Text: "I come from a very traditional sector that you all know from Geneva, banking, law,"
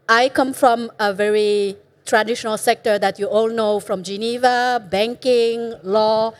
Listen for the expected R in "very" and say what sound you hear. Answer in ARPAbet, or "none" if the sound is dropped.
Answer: R